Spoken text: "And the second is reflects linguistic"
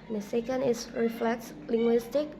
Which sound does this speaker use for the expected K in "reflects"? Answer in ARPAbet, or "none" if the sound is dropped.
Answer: K